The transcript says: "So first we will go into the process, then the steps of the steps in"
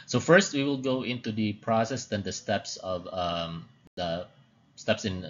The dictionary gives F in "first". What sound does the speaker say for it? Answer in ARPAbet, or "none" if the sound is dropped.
F